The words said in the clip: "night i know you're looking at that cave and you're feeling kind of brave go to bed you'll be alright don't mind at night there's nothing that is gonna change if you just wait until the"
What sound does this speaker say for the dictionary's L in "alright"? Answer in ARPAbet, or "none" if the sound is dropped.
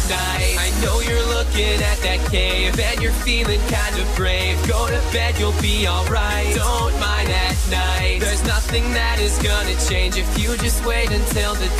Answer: L